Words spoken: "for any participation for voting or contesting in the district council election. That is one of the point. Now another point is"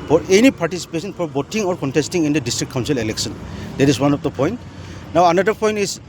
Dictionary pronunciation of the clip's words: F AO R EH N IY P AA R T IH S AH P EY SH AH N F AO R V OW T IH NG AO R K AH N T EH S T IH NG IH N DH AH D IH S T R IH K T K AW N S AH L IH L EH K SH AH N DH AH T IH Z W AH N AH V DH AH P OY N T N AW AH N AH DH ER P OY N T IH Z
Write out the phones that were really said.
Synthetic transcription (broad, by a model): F AO R EH N IY P AA R T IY S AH P EY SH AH N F AO R B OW T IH NG AO R K AH N T EH S T IH NG IH N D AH D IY S T R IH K K AW N S AH L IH L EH K S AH N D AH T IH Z W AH N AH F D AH P OY N T N AW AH N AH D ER P OY N T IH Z